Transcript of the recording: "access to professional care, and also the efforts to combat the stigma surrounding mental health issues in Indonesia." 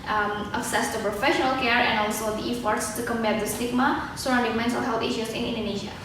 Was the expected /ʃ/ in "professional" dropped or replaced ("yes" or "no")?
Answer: no